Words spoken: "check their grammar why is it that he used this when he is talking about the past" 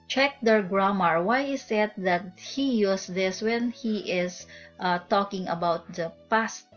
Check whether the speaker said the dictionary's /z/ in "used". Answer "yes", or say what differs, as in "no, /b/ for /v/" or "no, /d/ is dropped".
no, /s/ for /z/